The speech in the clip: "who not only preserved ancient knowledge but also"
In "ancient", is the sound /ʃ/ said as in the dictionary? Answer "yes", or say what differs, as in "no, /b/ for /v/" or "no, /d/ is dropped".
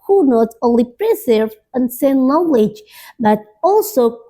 no, /s/ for /ʃ/